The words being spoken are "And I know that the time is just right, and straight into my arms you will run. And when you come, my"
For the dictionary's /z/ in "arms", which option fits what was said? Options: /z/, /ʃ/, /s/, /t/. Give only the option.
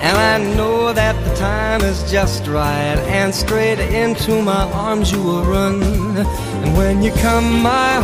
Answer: /z/